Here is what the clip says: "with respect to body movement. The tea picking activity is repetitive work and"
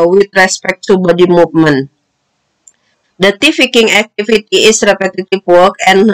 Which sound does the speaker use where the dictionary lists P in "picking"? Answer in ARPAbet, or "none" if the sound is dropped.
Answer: F